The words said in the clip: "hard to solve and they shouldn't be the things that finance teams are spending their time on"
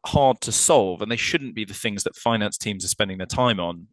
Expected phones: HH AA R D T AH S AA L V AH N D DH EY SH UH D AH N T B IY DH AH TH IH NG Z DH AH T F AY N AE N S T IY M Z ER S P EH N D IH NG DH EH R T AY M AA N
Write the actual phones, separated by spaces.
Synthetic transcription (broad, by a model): HH AA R D T AH S AA L V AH N DH EY SH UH D N B IY DH AH TH IH NG Z DH AH T F AY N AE N S T IY M Z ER S P EH N D IH NG DH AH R T AY M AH N